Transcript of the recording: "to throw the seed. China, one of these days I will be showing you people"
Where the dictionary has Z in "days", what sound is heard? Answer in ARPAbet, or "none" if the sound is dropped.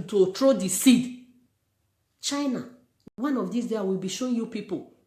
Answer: none